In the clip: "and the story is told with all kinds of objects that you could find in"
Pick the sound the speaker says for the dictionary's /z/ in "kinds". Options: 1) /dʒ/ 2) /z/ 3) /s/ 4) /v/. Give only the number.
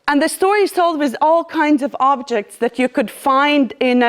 2